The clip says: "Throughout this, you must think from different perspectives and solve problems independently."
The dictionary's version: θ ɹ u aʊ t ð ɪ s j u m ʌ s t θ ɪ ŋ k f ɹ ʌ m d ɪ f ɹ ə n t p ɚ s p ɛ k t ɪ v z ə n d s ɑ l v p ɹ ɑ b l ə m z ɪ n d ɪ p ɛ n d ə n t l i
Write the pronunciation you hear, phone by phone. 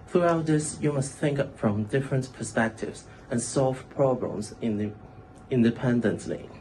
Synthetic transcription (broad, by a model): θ ɹ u aʊ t ð ɪ s j u m ʌ s t θ ɪ ŋ k f ɹ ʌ m d ɪ f ɹ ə n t p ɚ s p ɛ k t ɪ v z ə n s ɑ l v p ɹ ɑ b l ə m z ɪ n d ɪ p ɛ n d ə n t l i